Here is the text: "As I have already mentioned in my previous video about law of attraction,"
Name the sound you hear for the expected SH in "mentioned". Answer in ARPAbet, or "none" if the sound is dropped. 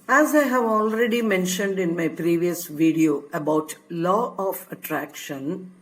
SH